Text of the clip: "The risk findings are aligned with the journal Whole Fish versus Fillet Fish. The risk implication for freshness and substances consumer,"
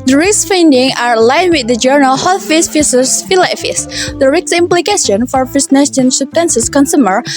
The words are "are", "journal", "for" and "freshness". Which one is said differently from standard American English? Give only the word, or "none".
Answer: freshness